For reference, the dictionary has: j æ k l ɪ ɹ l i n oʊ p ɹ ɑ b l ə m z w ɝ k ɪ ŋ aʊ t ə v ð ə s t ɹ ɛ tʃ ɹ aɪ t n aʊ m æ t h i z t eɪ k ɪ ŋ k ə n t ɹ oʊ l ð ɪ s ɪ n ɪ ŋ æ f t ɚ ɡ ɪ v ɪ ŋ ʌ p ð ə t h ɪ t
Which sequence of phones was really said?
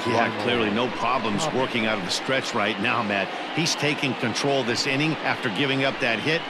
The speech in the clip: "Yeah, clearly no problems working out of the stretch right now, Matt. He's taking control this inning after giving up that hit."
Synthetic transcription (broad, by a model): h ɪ k l ɪ ɹ l i n oʊ p ɹ ɑ b l ə m z w ɝ k ɪ ŋ aʊ t ə v ð ə s t ɹ ɛ tʃ ɹ aɪ t n aʊ m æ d h i z t eɪ k ɪ ŋ k ə n t ɹ oʊ l ð ɪ s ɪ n ɪ ŋ æ f t ɚ ɡ ɪ v ɪ ŋ ʌ p ð ə t h ɪ t